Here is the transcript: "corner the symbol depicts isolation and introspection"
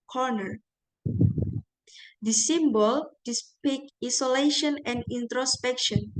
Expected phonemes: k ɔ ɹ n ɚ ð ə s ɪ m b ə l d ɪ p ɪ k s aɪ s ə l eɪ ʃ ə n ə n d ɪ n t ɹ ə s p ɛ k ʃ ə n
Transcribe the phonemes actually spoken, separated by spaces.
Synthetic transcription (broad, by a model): k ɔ ɹ n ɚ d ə s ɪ m b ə l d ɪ p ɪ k i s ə l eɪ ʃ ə n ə n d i n t ɹ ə s p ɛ k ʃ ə n